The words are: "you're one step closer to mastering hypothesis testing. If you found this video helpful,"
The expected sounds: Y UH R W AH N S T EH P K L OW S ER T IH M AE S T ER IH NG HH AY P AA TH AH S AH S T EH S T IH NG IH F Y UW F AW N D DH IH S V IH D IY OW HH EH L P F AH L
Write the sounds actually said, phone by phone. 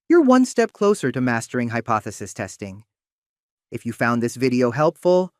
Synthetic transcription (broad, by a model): Y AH R W AH N S T EH P K L OW S ER T IH M AE S T ER IH NG HH AY P AA TH AH S AH S T EH S T IH NG IH F Y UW F AW N DH IH S V IH D IY OW HH EH L P F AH L